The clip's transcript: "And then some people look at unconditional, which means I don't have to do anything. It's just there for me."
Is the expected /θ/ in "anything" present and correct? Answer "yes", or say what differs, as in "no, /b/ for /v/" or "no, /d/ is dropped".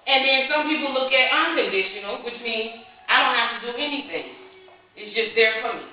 yes